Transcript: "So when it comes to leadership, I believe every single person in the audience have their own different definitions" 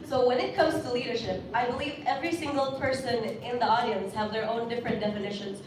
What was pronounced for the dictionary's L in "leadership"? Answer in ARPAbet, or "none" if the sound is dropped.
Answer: L